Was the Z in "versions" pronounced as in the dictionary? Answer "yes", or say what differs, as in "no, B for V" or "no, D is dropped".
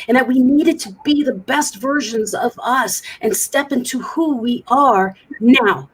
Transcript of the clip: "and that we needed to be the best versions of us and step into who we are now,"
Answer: yes